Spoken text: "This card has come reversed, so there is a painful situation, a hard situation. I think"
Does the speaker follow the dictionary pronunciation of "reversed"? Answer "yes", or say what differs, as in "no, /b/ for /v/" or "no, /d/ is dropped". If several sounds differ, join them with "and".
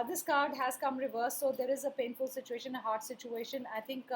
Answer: no, /s/ is dropped